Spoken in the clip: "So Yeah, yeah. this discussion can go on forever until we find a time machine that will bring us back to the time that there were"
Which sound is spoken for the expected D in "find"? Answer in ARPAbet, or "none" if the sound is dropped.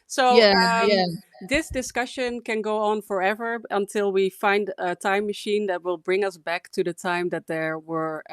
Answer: D